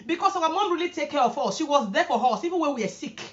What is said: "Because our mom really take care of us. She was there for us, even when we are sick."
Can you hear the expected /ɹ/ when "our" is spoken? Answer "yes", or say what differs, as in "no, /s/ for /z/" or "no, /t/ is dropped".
no, /w/ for /ɹ/